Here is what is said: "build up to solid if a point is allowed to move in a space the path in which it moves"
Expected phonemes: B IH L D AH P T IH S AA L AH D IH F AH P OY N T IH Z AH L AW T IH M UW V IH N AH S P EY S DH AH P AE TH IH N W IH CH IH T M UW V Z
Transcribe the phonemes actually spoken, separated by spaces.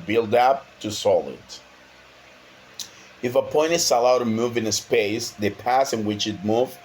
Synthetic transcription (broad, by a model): B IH L D AH P T IH S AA L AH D IH F AH P OY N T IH S AH L AW T IH M UW V IH N AH S P EY S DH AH P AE S IH N W IH CH IH T M UW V